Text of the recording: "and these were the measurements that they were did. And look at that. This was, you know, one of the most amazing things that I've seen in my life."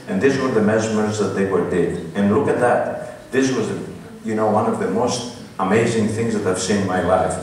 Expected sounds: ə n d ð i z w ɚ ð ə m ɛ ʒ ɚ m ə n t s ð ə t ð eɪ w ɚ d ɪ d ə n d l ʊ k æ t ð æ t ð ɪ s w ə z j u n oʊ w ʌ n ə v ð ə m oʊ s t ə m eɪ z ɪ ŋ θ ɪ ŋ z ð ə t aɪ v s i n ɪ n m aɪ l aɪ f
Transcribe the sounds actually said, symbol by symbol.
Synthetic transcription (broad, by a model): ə n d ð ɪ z w ɚ ð ə m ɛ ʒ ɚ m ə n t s ð ə t ð eɪ w ɚ d ɪ d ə n l ʊ k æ t ð æ t ð ɪ s w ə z j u n oʊ w ʌ n ə v ð ə m oʊ s t ə m eɪ z ɪ ŋ θ ɪ ŋ z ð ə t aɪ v s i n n m aɪ l aɪ f